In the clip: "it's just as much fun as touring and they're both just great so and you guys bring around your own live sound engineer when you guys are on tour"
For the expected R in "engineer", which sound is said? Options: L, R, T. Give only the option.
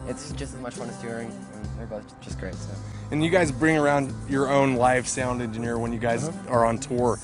R